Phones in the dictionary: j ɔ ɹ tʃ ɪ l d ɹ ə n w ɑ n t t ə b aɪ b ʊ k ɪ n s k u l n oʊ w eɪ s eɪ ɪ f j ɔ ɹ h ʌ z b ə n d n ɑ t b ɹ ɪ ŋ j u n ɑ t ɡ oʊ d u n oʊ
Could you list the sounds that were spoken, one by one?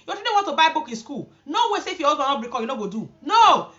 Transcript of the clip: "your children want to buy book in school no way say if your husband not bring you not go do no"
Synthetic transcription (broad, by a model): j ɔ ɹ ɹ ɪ d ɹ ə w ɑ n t t ə b aɪ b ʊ k ɪ n s k u l n oʊ w eɪ s eɪ ɪ f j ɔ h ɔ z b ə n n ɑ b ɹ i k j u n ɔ ɡ oʊ d u n oʊ